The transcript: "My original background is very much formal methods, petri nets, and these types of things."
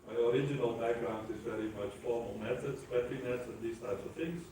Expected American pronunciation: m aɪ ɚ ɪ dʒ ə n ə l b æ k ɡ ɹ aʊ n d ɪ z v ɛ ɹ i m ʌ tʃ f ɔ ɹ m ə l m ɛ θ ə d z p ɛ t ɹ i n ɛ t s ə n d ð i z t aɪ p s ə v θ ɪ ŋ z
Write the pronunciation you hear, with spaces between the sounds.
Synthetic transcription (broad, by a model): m aɪ ɚ ɪ dʒ ə n ə l b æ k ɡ ɹ aʊ n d ɪ z v ɛ ɹ i m ʌ tʃ f ɔ ɹ m ə l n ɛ s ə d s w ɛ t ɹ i n ɛ t s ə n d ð i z t aɪ p s ə v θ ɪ ŋ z